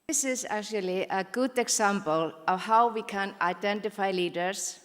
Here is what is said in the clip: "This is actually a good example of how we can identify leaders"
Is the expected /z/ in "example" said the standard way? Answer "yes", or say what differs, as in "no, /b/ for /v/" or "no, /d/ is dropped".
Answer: no, /s/ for /z/